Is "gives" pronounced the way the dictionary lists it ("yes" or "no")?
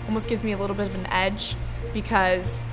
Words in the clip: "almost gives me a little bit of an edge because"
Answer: yes